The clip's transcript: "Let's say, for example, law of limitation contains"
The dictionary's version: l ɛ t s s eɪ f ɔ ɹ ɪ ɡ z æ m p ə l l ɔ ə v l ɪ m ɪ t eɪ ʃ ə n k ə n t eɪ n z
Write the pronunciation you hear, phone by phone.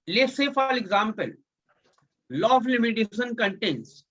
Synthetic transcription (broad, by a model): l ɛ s s eɪ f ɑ l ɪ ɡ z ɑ m p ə l l ɔ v l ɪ m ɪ t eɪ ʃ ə n k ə n t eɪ n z